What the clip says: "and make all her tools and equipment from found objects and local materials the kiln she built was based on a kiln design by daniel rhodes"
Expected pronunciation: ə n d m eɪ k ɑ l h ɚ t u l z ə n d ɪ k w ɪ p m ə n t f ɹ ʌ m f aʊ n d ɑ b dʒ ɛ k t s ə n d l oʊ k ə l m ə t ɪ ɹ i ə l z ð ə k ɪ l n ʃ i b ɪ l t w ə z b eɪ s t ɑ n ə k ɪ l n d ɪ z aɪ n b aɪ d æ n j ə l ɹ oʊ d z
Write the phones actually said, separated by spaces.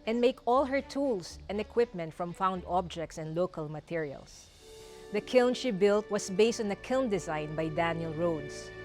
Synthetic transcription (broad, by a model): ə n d m eɪ k ɑ l h ɚ t u l s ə n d ɪ k w ɪ p m ə n t f ɹ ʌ m f aʊ n d ɑ b dʒ ɛ k t s ə n d l oʊ k ə l m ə t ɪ ɹ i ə l s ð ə k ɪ l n ʃ i b ɪ l t w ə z b eɪ s t ɑ n ə k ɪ l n d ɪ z aɪ n b aɪ d æ n j ə l ɹ oʊ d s